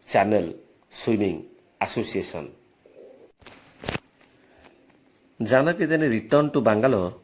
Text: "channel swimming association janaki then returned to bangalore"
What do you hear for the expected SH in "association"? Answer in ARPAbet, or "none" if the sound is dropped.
S